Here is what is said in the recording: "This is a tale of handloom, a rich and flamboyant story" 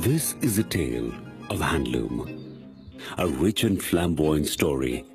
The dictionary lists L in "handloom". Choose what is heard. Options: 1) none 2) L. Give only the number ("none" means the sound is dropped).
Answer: 2